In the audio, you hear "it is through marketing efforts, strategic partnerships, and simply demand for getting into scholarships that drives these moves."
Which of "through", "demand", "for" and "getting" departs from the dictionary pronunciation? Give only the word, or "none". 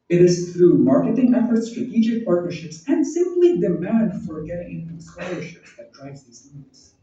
none